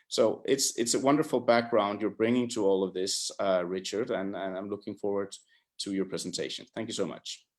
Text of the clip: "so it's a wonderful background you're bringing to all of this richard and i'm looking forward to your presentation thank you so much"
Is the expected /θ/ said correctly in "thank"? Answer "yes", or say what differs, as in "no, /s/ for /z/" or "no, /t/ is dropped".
yes